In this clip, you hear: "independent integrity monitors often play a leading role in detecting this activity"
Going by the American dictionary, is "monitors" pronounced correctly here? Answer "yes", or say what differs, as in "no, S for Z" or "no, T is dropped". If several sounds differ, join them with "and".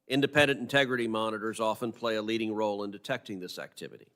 yes